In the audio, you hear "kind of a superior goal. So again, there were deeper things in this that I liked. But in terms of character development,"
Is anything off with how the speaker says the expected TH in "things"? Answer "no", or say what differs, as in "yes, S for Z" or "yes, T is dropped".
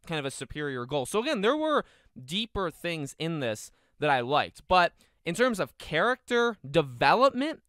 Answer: no